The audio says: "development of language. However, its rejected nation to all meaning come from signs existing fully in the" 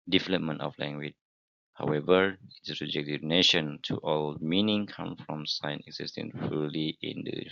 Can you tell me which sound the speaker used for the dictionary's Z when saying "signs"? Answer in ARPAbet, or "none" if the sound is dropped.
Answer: none